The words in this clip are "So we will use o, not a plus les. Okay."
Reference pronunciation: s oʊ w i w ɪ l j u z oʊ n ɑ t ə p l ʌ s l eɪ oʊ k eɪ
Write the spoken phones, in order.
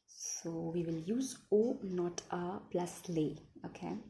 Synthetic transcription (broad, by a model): s oʊ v i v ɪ l j u z oʊ n ɑ t ə p l ʌ s l eɪ oʊ k eɪ